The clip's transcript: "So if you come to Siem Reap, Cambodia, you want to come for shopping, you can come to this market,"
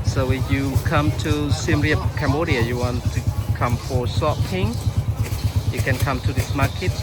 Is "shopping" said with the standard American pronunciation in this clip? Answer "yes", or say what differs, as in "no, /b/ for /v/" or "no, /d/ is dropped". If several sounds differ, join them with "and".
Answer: no, /s/ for /ʃ/